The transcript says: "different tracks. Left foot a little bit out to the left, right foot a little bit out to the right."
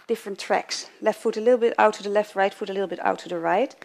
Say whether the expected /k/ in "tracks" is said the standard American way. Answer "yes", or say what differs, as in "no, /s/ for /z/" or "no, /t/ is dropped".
yes